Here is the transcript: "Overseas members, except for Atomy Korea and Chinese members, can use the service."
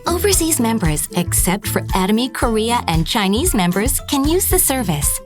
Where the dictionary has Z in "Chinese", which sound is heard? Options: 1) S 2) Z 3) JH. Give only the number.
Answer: 2